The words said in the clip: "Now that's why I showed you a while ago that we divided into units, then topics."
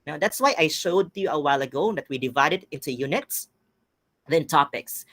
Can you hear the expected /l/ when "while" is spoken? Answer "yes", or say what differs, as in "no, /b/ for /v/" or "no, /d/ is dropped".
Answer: yes